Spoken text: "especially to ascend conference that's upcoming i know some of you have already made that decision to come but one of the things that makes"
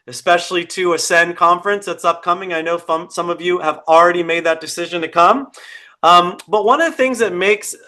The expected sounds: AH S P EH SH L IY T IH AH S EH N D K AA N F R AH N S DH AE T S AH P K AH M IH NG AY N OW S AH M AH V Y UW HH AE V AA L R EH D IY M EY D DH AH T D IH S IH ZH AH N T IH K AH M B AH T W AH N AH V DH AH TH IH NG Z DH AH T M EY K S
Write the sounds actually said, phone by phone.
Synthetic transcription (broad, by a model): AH S P EH SH L IY T IH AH S EH N K AA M F R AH N S DH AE T S AH P K AH M IH NG AY N OW S AH M AH V Y UW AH V L R EH D IY M EY D DH AH T D IH S IH ZH AH N T IH K AH M B AH T W AH N AH V DH AH TH IH NG Z DH AH T M EY K S